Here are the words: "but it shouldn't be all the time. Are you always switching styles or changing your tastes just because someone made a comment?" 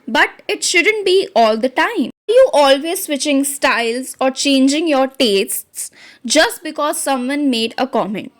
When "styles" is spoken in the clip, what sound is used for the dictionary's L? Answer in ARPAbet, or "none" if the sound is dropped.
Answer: L